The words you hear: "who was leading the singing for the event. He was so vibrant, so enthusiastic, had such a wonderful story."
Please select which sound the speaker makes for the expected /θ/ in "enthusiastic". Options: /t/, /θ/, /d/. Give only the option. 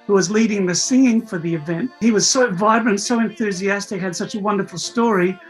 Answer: /θ/